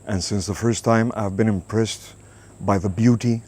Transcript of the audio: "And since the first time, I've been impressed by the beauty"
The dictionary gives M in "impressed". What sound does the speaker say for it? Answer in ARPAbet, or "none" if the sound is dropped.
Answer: M